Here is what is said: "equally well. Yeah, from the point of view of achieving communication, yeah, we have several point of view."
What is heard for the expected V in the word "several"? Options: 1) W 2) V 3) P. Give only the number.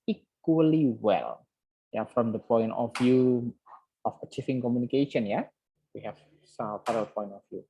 3